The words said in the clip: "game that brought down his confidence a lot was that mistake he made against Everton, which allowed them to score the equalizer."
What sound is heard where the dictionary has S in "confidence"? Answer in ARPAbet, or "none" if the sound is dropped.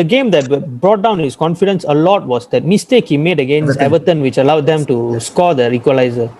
S